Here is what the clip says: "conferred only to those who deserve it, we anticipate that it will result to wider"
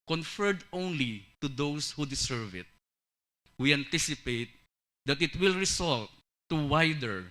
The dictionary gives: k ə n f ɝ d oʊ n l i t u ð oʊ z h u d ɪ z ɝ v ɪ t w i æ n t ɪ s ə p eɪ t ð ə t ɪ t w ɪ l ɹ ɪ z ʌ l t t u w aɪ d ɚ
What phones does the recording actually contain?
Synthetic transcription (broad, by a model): k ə n f ɝ d oʊ n l i t u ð oʊ s h u d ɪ s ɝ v ɪ t w i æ n t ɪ s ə p eɪ t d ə t ɪ t w ɪ l ɹ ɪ s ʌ l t t u w aɪ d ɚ